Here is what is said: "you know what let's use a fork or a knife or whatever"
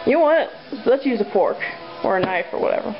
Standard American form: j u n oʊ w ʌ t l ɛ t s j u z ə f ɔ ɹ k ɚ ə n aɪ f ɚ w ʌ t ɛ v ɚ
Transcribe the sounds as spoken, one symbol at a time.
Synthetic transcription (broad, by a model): j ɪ n oʊ w ʌ t l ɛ t s j u z ə p ɔ ɹ k ɚ ə n aɪ f ɚ w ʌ t ɛ v ɚ